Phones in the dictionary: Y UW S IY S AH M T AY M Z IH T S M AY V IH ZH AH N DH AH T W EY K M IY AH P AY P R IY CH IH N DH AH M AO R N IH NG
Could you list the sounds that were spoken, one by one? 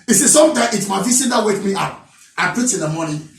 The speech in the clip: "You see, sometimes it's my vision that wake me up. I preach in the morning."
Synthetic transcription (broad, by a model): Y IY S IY S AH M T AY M IH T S M AY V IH S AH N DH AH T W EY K M IY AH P AY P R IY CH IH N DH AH M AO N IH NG